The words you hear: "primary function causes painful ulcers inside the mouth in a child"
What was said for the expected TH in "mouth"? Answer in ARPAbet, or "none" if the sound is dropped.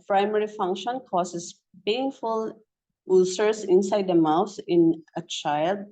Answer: S